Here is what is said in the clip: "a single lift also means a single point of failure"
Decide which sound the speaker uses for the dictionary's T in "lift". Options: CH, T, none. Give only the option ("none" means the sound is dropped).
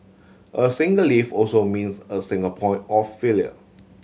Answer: none